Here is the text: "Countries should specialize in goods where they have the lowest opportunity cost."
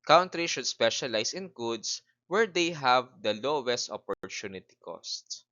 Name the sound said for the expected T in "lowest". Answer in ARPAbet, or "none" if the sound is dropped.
T